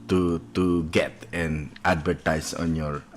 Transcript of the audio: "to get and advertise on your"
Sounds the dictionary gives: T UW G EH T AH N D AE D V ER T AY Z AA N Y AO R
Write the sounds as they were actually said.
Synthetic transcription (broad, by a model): T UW G EH T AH N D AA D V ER T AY S AA N Y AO R